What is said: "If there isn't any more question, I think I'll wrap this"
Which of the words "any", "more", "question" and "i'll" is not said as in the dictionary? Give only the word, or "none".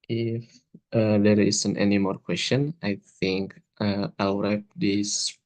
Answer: i'll